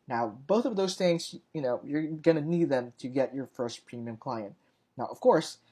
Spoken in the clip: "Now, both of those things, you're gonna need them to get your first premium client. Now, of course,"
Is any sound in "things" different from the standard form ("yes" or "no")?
no